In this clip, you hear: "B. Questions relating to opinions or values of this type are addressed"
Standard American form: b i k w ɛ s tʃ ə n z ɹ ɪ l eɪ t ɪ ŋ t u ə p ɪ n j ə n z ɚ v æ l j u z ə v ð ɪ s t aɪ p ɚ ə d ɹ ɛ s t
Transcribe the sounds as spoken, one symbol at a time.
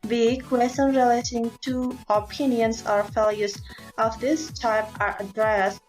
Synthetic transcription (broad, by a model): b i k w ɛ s ə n ɹ ɪ l eɪ t ɪ ŋ t u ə p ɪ n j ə n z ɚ f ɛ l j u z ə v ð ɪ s t aɪ p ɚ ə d ɹ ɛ s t